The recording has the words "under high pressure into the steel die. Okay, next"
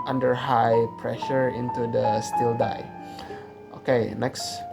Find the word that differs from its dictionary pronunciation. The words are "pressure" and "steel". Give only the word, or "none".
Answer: none